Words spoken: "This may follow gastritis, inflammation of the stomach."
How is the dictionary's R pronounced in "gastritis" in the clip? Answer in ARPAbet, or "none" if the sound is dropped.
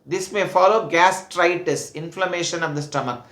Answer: R